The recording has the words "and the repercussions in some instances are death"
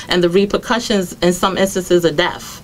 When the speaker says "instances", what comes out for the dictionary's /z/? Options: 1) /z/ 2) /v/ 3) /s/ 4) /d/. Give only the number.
1